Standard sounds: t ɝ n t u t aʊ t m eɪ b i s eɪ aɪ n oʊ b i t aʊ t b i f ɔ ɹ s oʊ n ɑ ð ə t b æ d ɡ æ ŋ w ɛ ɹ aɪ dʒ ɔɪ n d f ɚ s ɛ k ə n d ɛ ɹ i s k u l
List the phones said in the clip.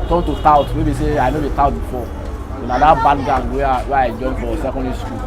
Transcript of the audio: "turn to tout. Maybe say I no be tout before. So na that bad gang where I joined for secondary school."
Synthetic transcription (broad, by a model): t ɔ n t u t aʊ t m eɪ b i s eɪ aɪ n oʊ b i t aʊ t b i f ɔ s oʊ n ɑ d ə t b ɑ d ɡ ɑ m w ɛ w aɪ dʒ ɔɪ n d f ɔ s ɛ k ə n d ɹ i s k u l